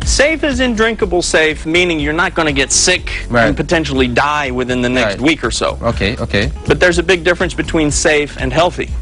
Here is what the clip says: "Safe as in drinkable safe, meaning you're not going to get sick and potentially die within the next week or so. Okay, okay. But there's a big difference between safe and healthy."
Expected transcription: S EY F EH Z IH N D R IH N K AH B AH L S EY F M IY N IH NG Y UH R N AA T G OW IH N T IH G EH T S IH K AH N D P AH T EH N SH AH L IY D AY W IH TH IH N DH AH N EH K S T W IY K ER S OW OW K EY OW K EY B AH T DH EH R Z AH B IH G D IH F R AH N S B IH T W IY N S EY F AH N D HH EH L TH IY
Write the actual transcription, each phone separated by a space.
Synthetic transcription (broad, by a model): S EY F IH Z IH N D R IH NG K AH B L S EY F M IY N IH NG Y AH R N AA T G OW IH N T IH G EH T S IH K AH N P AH T EH N SH L IY D AY W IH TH IH N DH AH N EH K S T W IY K ER S OW OW K EY OW K EY B AH T DH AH R Z AH B IH G D IH F R AH N S B IH T W IY N S EY F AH N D HH EH L TH IY